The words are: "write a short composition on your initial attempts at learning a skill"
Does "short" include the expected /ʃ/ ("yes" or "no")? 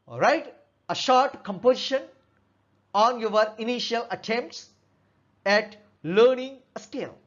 yes